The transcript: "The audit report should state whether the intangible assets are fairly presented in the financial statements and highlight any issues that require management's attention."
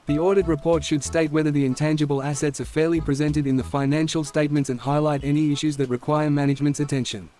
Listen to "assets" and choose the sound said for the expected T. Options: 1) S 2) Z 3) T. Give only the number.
3